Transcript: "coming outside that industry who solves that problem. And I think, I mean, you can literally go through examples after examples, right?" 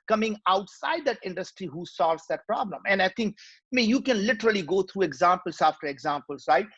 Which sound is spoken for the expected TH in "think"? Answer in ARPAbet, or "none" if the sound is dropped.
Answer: T